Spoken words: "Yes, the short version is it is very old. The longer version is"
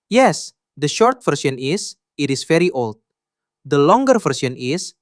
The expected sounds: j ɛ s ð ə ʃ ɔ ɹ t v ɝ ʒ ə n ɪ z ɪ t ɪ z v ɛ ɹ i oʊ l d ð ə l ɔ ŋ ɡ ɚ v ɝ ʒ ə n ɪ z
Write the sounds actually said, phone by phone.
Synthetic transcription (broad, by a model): j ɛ s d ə ʃ ɔ ɹ t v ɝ s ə n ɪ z ɪ t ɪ s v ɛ ɹ i oʊ l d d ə l ɔ ŋ ɡ ɚ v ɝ s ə n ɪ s